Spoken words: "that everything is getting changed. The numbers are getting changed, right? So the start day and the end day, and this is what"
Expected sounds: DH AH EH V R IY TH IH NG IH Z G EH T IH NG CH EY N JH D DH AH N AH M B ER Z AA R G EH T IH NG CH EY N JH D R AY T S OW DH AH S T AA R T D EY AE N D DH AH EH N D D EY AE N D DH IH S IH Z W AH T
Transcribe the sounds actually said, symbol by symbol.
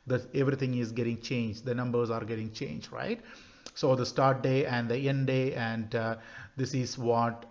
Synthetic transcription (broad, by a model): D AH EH V R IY T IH NG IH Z G EH T IH NG CH EY N JH D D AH N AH M B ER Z AA R G EH T IH NG CH EY N JH D R AY T S OW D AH S T AA R T D EY AE N D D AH EH N D D EY AE N D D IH S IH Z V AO T